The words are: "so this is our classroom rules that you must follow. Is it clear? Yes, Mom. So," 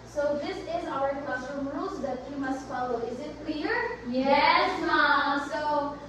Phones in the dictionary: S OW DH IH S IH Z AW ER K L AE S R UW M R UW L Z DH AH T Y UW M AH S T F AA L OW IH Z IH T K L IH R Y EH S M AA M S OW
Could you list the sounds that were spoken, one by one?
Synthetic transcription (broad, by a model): S OW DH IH S IH Z AW ER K AH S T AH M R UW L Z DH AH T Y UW M AH S T F AA L OW IH Z IH T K W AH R Y EH S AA S OW